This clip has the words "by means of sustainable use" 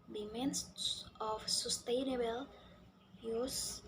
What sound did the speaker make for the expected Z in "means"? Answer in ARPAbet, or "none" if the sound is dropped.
S